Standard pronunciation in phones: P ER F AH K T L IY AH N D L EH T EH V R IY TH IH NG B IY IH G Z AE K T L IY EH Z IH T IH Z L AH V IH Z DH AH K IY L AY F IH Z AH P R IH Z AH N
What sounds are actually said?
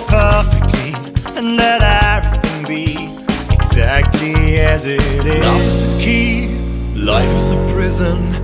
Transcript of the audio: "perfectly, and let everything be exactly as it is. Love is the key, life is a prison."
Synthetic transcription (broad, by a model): P ER F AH K T L IY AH N L EH T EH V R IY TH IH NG B IY IH G Z AE K T L IY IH Z IH T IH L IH F IH Z DH AH K IY L AY F IH Z AH P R IH Z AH N